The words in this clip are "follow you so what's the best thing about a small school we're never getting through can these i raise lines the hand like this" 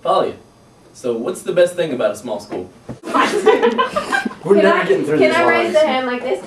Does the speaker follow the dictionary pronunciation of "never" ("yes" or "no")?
no